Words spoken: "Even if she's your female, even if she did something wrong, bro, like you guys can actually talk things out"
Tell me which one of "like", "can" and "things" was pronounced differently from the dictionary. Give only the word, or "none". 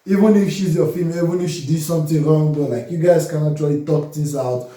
things